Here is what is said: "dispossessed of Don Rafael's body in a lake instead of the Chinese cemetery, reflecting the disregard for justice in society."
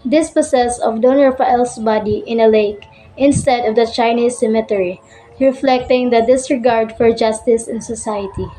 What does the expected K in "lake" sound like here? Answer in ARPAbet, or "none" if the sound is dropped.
K